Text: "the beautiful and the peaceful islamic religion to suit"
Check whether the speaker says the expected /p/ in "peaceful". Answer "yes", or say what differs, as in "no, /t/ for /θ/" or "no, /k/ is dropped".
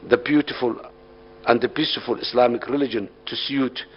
no, /b/ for /p/